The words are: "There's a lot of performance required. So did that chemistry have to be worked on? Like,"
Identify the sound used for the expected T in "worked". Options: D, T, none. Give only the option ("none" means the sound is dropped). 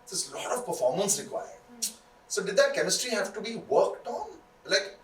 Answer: T